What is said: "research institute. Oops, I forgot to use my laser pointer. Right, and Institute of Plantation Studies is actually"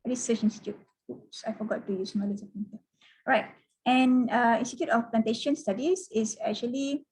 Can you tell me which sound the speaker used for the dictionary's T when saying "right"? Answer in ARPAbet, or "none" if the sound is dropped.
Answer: T